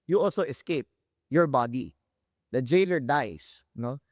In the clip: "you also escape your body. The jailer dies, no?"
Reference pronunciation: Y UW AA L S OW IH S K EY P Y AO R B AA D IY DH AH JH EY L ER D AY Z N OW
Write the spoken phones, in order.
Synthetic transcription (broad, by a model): Y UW AA L S OW IH S K EY P Y AO R B AA D IY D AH JH EY L ER D AY S N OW